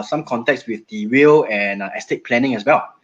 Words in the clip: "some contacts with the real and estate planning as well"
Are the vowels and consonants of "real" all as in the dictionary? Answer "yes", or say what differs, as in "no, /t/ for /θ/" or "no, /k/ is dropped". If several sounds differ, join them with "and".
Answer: no, /w/ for /ɹ/